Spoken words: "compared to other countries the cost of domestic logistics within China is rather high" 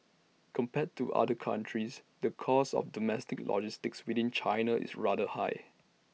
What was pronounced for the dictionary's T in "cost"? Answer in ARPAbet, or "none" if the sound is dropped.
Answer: none